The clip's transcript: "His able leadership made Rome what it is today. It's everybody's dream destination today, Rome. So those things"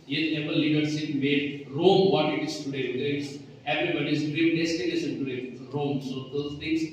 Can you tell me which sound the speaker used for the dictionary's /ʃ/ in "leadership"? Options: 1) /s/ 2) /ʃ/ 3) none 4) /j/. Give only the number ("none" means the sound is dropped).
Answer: 1